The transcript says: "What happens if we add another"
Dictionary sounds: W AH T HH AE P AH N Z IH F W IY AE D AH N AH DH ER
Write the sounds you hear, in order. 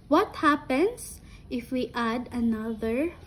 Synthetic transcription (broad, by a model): W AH T HH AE P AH N S IH F W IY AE D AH N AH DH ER